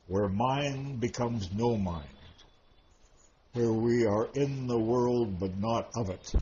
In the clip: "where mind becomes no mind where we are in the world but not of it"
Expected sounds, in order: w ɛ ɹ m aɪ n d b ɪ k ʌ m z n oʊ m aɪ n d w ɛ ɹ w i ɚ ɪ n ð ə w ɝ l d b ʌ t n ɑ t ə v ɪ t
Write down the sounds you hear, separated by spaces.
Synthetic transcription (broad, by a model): w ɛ ɹ m aɪ n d b ɪ k ʌ m z n oʊ m aɪ n d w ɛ ɹ w i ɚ ɪ n ð ə w ɝ l d b ʌ t n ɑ t ə v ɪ t